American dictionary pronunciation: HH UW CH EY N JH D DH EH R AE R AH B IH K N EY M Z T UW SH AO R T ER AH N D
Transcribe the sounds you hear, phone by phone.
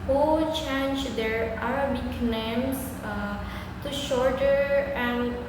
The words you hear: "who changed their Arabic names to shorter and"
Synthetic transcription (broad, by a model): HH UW CH EY N JH D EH R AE R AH B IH K N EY M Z T UW SH AO R T ER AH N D